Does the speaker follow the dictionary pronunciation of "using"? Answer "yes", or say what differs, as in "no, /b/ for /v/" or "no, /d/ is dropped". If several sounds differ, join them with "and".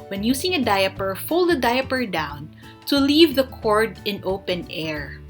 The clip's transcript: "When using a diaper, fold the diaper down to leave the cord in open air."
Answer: no, /s/ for /z/